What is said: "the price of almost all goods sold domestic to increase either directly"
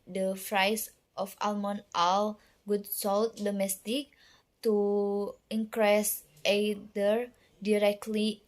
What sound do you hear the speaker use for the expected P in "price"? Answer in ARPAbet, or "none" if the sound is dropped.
F